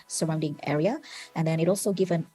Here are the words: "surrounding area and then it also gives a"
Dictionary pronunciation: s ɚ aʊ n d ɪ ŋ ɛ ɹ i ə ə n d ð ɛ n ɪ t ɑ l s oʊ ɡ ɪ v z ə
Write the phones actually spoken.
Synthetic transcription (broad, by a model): s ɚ aʊ n d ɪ ŋ ɛ ɹ i ə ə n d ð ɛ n ɪ t ɑ l s oʊ ɡ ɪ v ə